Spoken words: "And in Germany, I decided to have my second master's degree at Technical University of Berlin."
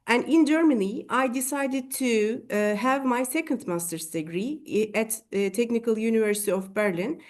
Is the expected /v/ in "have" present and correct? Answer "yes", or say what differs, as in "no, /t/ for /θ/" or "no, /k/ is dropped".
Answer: yes